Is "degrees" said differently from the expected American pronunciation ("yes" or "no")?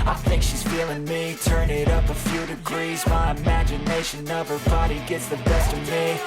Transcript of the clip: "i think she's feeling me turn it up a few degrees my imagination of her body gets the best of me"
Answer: no